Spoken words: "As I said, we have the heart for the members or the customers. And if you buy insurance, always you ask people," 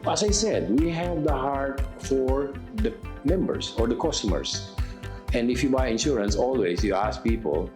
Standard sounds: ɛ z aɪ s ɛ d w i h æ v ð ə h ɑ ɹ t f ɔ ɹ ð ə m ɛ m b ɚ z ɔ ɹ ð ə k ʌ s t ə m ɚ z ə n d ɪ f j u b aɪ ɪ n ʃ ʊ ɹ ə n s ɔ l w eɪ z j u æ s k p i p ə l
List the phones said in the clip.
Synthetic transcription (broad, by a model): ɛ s aɪ s ɛ d w i h æ v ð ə h ɑ ɹ t f ɔ ɹ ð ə m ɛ m b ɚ s ɔ ɹ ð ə k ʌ s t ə m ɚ s ə n d ɪ f j u b aɪ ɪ n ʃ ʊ ɹ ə n s ɔ l w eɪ s j u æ s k p i p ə l